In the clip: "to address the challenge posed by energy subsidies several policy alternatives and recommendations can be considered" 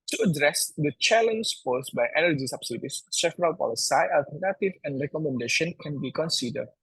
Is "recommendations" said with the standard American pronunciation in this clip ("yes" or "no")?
no